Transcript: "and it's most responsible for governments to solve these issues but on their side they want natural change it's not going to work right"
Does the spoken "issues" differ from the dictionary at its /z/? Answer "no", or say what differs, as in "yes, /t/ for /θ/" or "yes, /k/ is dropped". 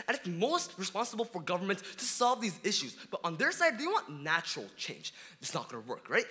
no